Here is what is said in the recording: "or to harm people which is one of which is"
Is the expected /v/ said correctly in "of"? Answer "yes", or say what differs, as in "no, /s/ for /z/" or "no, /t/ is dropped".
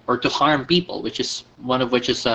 yes